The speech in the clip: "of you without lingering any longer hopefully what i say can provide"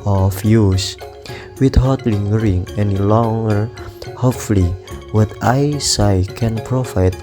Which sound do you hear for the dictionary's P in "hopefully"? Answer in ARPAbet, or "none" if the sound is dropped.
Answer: none